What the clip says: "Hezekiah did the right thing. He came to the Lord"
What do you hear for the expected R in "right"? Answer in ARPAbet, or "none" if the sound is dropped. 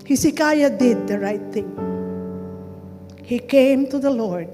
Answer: R